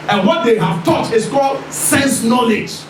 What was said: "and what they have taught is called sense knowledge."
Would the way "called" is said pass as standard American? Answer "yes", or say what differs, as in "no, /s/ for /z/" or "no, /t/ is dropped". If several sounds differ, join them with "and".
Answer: yes